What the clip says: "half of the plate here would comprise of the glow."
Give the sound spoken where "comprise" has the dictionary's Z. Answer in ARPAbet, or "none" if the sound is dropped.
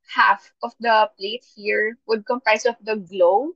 S